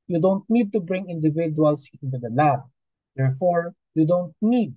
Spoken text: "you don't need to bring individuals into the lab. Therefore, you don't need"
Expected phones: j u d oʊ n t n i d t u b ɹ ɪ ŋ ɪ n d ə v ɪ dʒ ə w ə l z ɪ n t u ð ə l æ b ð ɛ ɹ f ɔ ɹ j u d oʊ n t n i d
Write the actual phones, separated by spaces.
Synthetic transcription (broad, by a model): j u d oʊ n t n i d t u b ɹ ɪ ŋ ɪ n d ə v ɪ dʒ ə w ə l s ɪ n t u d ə l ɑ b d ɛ ɹ f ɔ ɹ j u d oʊ n t n i d